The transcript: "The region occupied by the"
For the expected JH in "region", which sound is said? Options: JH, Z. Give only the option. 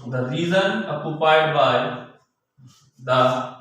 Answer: Z